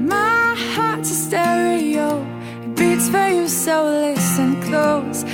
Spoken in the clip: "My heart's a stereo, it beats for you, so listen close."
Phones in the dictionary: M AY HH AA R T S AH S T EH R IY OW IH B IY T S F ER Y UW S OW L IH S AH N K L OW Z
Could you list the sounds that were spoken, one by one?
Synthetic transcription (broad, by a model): M AY HH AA R T AH S T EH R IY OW IH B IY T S F ER Y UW S OW L IH S AH N K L OW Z